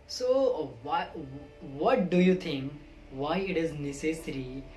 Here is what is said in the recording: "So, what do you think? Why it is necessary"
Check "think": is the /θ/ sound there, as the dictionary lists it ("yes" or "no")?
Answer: no